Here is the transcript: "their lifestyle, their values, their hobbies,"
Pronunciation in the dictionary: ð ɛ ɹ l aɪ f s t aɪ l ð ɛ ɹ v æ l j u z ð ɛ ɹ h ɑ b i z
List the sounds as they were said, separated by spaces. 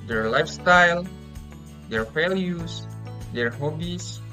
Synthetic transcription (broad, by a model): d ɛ ɹ l aɪ f s t aɪ l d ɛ ɹ f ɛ l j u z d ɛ ɹ h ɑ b i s